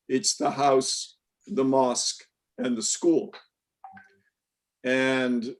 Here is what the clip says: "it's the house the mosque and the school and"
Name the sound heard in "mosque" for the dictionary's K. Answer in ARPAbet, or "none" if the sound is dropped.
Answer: K